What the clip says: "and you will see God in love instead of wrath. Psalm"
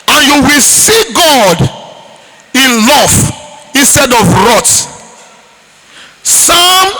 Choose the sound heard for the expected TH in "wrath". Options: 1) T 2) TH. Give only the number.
1